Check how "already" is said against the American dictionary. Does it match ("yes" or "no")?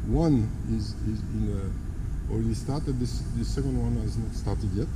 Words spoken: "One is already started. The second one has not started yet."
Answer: no